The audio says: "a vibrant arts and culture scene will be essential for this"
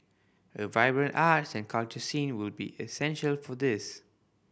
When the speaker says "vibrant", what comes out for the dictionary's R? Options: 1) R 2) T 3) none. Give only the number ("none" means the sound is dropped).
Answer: 1